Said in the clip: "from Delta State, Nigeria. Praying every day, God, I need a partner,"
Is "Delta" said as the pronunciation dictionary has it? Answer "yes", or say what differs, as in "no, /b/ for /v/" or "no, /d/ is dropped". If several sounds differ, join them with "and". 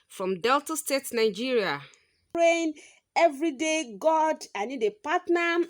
yes